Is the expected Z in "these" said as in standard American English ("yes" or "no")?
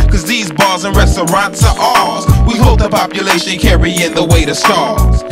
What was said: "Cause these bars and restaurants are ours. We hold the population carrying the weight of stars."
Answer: yes